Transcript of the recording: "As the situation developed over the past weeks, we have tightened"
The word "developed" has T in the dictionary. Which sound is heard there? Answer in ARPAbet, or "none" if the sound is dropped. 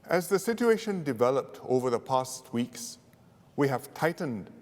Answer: T